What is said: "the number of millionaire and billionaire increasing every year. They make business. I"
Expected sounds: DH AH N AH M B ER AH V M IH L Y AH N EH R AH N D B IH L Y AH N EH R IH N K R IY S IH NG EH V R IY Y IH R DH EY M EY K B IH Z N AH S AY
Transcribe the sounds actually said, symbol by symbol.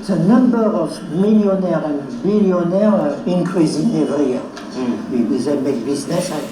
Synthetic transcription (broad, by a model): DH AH N AH M B ER AH V M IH L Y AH N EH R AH N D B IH L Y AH N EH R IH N K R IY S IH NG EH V W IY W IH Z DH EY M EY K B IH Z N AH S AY